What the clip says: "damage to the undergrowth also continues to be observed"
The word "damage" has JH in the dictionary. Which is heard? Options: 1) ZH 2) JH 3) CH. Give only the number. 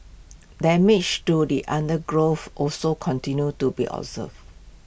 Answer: 3